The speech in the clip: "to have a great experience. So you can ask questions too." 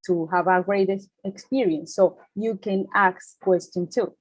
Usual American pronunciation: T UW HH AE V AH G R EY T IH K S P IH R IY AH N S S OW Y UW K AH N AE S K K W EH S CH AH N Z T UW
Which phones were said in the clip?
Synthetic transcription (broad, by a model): T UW HH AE V AH G R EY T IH K S P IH R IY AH N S S OW Y UW K AH N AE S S K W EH S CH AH N T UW